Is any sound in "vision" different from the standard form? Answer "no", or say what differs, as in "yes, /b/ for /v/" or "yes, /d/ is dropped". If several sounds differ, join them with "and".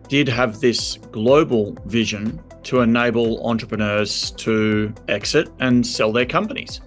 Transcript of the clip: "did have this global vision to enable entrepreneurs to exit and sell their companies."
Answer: no